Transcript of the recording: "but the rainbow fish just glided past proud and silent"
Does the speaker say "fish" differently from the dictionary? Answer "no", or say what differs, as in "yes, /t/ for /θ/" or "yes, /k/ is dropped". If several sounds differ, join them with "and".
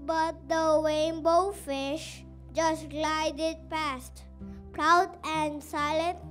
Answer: no